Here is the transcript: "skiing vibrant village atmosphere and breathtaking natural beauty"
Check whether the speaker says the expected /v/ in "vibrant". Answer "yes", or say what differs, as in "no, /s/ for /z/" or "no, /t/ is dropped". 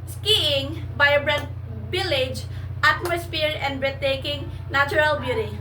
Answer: no, /b/ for /v/